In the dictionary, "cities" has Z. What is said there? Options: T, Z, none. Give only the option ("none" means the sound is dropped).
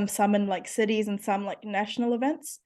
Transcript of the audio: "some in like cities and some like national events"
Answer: Z